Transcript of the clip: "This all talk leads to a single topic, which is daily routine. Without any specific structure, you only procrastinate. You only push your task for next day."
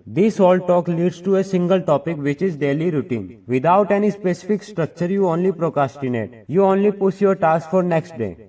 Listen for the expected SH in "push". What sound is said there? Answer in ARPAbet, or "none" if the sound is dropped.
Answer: S